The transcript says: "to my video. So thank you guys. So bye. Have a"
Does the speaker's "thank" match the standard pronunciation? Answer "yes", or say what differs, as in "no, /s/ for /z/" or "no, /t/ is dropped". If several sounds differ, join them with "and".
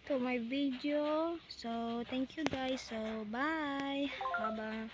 no, /t/ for /θ/